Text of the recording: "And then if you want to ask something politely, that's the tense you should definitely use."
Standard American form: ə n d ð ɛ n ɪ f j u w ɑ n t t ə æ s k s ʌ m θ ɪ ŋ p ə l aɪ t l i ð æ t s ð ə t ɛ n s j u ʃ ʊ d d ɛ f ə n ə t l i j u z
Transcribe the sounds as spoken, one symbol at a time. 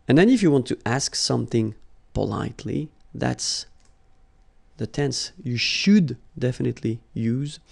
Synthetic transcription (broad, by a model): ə n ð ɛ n ɪ f j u w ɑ n t t æ s k s ʌ m θ ɪ ŋ p ə l aɪ t l i ð æ t s ð ə t ɛ n s j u ʃ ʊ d d ɛ f ə n ə t l i j u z